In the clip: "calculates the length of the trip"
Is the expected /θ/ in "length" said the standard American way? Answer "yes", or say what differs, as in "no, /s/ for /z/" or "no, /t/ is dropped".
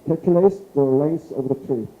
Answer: no, /s/ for /θ/